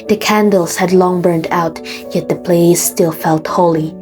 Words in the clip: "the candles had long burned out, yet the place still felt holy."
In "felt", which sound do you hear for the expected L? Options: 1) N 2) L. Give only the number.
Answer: 2